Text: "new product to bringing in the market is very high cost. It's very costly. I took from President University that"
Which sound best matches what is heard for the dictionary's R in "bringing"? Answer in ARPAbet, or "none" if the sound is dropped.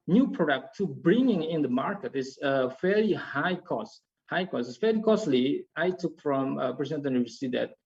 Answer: R